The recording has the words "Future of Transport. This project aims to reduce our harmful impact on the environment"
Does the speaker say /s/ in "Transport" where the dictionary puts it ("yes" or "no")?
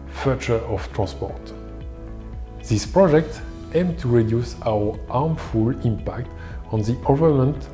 yes